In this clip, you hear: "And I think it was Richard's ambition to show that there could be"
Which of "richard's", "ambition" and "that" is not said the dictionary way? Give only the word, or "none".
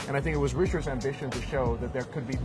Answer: none